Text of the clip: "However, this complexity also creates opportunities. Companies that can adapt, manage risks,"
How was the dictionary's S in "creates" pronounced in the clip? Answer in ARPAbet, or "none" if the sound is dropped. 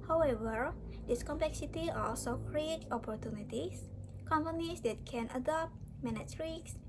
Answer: none